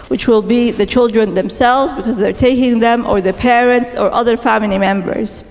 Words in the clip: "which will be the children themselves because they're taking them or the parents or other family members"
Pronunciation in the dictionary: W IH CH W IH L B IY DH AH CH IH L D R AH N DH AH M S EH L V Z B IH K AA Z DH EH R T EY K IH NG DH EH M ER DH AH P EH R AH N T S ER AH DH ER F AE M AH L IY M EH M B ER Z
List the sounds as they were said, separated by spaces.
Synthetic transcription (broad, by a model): W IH CH W IH L B IY DH AH CH IH L D R AH N DH AH M S EH L V Z B IH K AA Z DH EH R T EY K IH NG DH EH M ER DH AH P EH R AH N T S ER AH DH ER F AE M AH L IY M EH M B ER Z